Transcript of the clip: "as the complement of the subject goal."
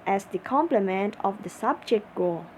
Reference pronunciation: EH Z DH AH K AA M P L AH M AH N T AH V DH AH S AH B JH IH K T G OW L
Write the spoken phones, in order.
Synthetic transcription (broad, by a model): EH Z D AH K AA M P L AH M AH N T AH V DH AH S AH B JH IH K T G OW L